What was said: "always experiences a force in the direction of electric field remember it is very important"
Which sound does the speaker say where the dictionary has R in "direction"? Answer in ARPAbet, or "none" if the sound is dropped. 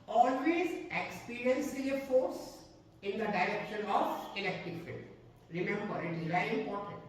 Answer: R